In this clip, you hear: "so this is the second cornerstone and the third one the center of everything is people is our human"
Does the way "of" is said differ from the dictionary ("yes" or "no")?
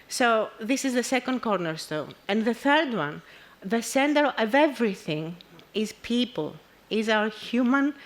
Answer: no